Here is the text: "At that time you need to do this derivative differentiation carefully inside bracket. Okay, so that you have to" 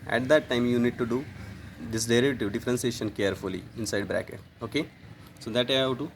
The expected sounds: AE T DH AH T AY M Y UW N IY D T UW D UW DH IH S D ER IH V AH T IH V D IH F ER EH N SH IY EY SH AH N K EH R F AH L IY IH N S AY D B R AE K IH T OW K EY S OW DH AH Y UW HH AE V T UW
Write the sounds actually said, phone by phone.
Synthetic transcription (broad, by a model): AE T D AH T AY M Y UW N IY D T UW D UW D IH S D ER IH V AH T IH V D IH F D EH N S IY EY SH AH N K EH R F AH L IY IH N S AY D B R AE K IH T OW K EY S OW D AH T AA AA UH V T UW